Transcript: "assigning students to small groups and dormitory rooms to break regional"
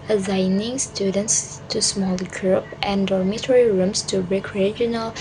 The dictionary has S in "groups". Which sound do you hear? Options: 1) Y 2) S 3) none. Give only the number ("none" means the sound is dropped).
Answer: 3